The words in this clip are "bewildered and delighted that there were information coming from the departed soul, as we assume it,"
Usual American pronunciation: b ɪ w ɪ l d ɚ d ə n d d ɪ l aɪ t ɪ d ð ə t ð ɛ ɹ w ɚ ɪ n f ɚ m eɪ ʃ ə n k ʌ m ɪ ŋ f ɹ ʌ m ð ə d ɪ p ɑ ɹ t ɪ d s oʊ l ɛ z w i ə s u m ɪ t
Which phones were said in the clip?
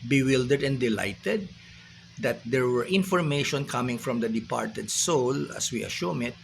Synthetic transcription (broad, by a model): b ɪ w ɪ l d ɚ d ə n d d ɪ l aɪ t ɪ d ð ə t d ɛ ɹ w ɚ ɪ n f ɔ m eɪ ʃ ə n k ʌ m ɪ ŋ f ɹ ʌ m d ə d ɪ p ɑ ɹ t ɪ d s oʊ l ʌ s w i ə ʃ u m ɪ t